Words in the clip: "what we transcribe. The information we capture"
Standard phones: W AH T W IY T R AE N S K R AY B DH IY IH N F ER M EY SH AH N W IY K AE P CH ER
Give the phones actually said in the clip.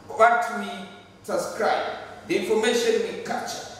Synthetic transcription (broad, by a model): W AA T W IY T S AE S K R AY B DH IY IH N F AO M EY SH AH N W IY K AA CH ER